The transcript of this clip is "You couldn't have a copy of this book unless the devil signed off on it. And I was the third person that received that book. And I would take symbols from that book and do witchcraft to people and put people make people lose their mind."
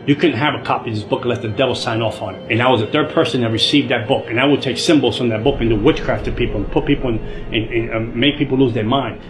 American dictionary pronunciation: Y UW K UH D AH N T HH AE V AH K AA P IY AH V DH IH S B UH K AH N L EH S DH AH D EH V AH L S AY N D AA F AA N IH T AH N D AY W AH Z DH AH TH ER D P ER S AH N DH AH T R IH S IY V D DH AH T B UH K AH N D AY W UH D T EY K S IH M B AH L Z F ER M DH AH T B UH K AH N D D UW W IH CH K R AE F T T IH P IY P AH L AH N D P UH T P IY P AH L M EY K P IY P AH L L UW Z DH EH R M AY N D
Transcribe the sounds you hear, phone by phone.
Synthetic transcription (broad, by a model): Y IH K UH D N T HH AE V AH K AA P IY DH IH S B UH K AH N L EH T DH AH D EH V L S AY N AA F N IH T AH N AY W AH Z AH TH ER D P ER S AH N DH AH T R IH S IY V D DH AH T B UH K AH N AY W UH D T EY K S IH M B L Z F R DH AH T B UH K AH N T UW W IH CH K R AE F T T IH P IY P L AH N P UH T P IY P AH N M EY K P IY P L L UW Z DH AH R M AY N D